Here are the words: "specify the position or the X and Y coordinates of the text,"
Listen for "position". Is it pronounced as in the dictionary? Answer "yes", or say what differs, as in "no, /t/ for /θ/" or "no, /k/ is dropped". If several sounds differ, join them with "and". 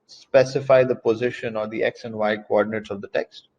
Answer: yes